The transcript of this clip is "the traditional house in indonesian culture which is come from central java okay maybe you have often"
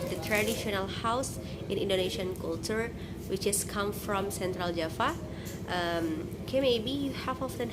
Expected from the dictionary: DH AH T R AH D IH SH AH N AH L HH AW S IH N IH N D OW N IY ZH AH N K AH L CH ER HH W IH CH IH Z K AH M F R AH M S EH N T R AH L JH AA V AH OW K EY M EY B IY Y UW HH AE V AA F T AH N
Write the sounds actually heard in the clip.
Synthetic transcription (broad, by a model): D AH T R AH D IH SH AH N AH L HH AW S IH N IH N D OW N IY SH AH N K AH L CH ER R W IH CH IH S K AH M F R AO M S EH N T R AH L JH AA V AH OW K EY M EY B IY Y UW HH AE F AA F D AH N